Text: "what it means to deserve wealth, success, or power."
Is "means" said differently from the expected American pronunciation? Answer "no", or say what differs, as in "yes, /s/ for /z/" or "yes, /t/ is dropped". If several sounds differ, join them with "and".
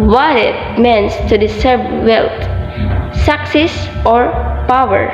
yes, /s/ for /z/